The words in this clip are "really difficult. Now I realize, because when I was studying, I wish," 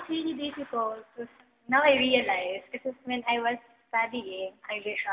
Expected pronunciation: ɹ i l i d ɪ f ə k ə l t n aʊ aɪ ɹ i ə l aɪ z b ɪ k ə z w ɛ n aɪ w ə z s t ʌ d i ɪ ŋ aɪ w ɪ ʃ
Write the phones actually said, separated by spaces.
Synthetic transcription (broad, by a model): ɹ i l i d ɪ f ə k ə l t n aʊ aɪ ɹ i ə l aɪ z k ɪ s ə w ɛ n aɪ w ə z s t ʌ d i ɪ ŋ aɪ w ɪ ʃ